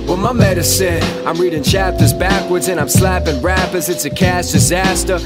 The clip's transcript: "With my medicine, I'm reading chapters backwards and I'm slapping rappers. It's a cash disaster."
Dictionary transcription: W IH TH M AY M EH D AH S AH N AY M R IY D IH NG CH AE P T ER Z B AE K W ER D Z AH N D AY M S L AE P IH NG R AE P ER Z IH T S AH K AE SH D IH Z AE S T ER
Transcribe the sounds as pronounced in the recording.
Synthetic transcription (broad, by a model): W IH M AY M EH D AH S AH N AY M R IY D IH NG CH AE P T ER Z B AE K W ER D Z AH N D AY M S L AE P IH NG R AE P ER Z IH T S AH K AE S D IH Z AE S T ER